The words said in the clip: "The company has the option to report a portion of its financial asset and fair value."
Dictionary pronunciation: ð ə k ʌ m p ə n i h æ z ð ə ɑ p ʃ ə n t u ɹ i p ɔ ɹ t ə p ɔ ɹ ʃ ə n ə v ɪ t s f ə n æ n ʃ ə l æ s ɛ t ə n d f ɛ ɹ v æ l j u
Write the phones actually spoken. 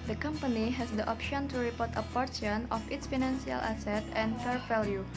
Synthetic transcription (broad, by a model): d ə k ʌ m p ə n i h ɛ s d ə ɑ p ʃ ə n t u ɹ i p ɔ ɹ t ə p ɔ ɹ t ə n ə f ɪ t s f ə n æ n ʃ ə l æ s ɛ t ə n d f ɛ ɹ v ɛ l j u